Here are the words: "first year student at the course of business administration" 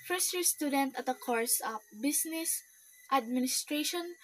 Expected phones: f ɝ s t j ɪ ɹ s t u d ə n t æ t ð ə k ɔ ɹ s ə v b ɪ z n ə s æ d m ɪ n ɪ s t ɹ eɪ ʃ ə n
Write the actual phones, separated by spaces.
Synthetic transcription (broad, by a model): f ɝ s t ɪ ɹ s t u d ə n t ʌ t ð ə k ɔ ɹ s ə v b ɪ s n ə s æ d m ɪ n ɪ s t ɹ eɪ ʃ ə n